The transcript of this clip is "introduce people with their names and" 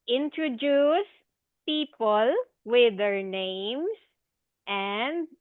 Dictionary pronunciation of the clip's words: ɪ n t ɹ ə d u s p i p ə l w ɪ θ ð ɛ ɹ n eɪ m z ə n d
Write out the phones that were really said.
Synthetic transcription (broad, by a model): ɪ n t ɹ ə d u s p i p ə l w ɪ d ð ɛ ɹ n eɪ m s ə n d